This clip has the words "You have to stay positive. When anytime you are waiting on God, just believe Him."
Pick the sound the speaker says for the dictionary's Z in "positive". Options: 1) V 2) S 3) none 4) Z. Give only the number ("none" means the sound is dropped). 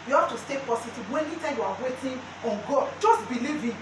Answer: 2